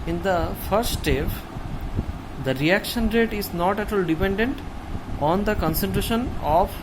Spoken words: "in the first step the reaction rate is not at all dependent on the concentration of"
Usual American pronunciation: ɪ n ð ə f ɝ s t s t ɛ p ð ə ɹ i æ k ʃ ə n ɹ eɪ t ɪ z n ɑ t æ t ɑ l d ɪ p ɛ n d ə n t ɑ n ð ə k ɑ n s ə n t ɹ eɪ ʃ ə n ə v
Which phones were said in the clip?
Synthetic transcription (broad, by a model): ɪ n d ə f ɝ t s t ɛ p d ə ɹ i æ k ʃ ə n ɹ eɪ t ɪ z n ɑ t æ t ɑ l d ɪ p ɛ n d ə n t ɑ n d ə k ɑ n s ə n t ɹ eɪ ʃ ə n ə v